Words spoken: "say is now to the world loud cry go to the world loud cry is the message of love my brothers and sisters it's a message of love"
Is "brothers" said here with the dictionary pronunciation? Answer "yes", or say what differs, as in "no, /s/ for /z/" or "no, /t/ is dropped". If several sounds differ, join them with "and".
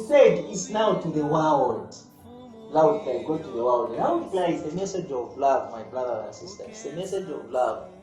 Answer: no, /z/ is dropped